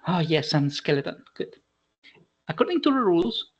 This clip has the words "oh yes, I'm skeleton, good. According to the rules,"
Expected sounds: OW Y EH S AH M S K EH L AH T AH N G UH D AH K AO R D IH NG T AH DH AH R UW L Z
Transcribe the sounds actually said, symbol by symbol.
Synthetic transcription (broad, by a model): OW Y EH S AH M S K EH L AH T AH N G UH D AH K AO R D IH NG T AH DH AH R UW L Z